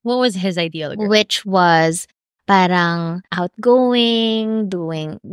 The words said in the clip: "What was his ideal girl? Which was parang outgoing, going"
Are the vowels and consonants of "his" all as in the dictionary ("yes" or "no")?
yes